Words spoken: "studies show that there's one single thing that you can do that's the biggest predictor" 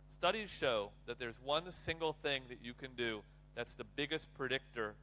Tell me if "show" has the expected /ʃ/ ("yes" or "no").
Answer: yes